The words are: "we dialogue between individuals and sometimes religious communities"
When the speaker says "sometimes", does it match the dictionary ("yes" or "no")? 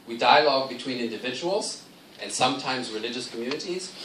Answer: yes